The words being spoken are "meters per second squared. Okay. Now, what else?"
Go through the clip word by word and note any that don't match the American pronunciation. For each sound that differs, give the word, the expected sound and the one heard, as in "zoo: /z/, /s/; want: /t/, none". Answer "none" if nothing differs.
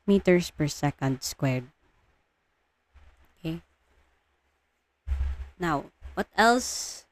none